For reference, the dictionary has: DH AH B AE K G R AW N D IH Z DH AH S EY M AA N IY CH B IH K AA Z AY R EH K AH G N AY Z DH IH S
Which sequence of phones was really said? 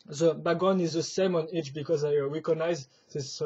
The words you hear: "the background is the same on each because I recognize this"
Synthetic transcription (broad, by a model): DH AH B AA G AO N IH Z DH AH S EY M AA N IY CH B IH K AA Z AY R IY K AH N AY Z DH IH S